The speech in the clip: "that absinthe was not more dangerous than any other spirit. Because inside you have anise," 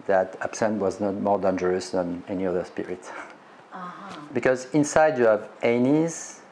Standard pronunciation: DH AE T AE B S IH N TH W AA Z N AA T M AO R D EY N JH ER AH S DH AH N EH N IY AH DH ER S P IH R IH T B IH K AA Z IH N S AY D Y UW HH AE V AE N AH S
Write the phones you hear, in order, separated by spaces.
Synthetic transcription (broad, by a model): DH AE T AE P S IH N T W AA Z N AA T M AO R D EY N JH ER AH S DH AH N EH N IY AH DH ER S P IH R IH T B IH K AA Z IH N S AY D Y UW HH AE V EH N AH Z